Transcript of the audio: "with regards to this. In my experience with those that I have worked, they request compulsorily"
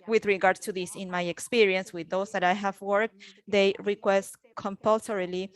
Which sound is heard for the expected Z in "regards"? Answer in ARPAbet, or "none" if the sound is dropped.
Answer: none